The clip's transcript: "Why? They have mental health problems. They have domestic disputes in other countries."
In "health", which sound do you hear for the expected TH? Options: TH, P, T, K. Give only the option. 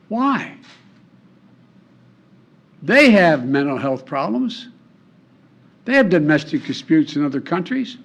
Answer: TH